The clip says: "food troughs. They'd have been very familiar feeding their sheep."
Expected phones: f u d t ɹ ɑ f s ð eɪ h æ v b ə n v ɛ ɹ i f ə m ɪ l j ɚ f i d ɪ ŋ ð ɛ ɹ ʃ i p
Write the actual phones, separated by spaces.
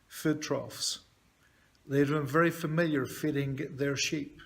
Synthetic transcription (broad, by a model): f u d t ɹ ɑ f s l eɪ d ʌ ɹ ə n v ɛ ɹ i f ə m ɪ l j ɚ f i d ɪ ŋ ð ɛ ɹ ʃ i p